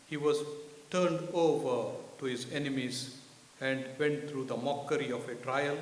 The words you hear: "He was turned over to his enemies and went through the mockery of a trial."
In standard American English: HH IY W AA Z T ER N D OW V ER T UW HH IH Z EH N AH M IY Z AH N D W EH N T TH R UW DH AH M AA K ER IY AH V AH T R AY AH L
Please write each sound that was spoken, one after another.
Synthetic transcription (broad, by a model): HH IY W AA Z T ER N D OW V ER T UW HH IH Z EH N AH M IY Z AH N D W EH N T T R UW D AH M AA K ER IY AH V AH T R AY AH L